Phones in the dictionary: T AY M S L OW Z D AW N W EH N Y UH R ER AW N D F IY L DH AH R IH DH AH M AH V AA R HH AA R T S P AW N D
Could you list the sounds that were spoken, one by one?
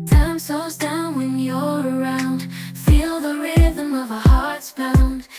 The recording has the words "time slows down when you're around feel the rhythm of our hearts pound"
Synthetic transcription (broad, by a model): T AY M S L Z D AW N W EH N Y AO ER AW N D F IY L DH AH R IH DH AH M AH V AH HH AA R T S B AW N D